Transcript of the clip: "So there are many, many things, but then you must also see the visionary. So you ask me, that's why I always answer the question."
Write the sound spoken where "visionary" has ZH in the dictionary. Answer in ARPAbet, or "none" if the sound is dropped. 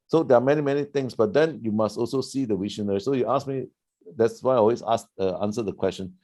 SH